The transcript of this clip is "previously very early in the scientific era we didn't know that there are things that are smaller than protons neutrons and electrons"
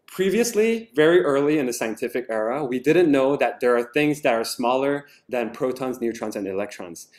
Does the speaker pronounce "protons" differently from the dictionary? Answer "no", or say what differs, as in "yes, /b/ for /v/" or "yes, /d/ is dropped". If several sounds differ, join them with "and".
no